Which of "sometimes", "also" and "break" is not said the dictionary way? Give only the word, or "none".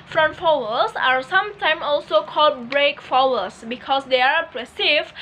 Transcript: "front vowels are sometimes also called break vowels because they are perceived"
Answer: sometimes